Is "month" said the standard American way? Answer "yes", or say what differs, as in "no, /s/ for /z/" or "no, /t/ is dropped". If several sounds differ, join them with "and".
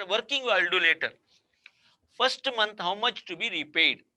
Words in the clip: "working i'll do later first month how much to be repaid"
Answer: no, /t/ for /θ/